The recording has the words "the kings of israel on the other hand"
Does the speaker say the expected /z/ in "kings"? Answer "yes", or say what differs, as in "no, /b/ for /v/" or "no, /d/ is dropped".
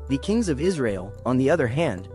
yes